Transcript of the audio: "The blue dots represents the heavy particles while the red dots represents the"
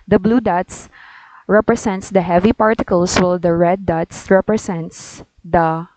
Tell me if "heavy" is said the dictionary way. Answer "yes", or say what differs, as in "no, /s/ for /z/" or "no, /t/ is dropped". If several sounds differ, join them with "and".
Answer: yes